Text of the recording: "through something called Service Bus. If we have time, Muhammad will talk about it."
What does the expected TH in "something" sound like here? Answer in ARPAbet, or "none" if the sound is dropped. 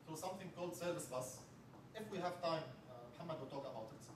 TH